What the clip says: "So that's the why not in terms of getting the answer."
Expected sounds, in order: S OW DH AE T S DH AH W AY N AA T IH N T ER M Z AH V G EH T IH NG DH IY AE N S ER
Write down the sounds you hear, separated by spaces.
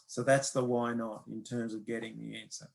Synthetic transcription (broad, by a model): S OW DH AE T S DH AH W AY N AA T IH N T ER M Z AH V G EH T IH NG DH IY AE N S ER